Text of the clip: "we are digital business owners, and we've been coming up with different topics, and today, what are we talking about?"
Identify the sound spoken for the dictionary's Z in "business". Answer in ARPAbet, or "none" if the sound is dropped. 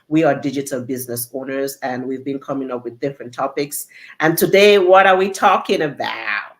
Z